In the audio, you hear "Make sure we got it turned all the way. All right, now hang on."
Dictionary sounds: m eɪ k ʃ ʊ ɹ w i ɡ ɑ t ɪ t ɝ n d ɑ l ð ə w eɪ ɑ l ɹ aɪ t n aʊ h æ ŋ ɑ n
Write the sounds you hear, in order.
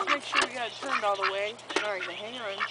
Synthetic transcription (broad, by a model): m eɪ k ʃ ʊ ɹ w i ɡ ɑ t ɪ t ɝ n d ɑ l ð ə w eɪ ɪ n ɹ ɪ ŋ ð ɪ h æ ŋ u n